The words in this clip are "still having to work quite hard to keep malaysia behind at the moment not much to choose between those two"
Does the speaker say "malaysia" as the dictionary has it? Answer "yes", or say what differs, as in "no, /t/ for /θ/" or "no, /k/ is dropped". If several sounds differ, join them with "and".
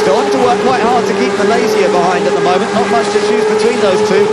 no, /z/ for /ʒ/